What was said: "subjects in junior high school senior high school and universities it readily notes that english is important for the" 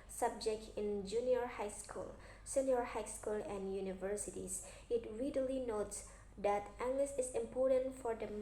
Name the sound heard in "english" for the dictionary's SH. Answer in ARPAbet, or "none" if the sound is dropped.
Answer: S